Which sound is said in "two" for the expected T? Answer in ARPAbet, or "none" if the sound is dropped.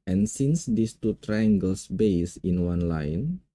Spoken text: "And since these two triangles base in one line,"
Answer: T